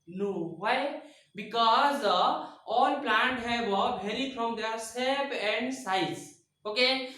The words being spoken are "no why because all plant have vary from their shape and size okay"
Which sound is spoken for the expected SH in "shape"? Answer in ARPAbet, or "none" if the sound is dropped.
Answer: S